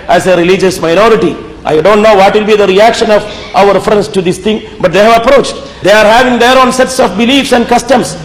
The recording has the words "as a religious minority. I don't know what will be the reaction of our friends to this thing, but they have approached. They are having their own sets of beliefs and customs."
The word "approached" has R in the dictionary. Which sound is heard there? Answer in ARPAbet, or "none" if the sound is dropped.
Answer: R